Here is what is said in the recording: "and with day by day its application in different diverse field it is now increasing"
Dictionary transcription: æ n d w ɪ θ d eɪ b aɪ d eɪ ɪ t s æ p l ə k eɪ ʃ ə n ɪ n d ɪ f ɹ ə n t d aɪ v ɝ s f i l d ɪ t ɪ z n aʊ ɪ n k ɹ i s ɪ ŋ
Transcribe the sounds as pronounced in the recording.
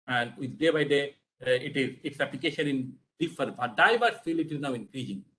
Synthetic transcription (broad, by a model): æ n d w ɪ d d eɪ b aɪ d eɪ ɪ t s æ p l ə k eɪ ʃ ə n ɪ n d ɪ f ə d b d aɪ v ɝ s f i l ɪ t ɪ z n aʊ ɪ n k ɹ i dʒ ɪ ŋ